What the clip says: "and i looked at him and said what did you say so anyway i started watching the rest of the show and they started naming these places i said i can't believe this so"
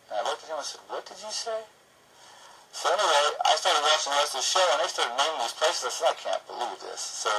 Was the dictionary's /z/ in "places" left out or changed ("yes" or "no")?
no